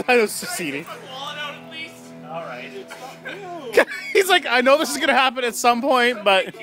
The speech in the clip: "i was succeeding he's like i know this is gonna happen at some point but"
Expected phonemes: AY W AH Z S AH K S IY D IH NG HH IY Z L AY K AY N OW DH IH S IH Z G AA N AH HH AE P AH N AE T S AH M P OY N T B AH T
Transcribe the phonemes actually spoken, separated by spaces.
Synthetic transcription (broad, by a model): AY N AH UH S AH S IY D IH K HH IY Z L AY K AY N OW DH IH S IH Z G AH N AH HH AE P AH N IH T S AH M P OY N T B AH T